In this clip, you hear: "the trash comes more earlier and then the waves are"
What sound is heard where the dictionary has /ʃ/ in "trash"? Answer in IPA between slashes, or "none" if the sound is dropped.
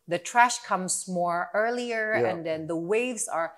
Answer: /ʃ/